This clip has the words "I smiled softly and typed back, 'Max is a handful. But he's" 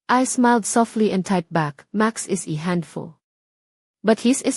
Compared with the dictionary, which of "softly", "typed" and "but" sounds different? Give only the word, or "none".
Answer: typed